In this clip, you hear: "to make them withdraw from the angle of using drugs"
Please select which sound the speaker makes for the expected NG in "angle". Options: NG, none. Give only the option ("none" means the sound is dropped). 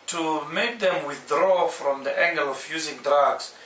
NG